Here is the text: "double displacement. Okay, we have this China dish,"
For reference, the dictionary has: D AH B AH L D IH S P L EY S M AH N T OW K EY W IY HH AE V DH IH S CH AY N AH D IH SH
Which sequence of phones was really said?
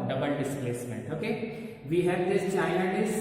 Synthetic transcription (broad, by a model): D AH B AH L D IH S P L EY S M AH N T OW K EY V IY HH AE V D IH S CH AY AH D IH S